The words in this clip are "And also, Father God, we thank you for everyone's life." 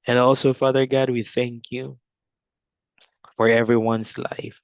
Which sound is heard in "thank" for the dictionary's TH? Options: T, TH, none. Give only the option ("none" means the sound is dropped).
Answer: TH